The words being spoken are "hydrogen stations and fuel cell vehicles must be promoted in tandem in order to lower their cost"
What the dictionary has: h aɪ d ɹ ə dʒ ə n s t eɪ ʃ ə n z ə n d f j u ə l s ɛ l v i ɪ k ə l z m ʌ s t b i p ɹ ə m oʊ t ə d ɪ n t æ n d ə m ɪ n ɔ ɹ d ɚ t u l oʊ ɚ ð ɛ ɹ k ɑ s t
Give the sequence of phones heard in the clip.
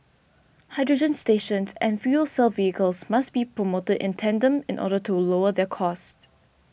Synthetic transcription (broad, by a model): h aɪ d ɹ ə dʒ ə n s t eɪ ʃ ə n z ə n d f j u ə l s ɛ l v i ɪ k ə l s m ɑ s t b i p ɹ ə m oʊ t ə d ɪ n t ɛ n d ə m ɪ n ɔ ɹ d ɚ t u l oʊ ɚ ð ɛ k ɑ s t